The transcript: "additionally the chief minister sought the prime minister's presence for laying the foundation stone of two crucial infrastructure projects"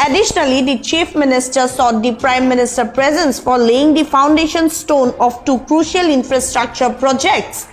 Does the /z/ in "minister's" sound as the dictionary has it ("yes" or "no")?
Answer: no